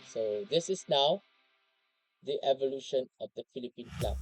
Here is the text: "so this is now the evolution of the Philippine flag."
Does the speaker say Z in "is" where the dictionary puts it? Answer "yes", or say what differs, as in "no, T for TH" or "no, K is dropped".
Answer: no, S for Z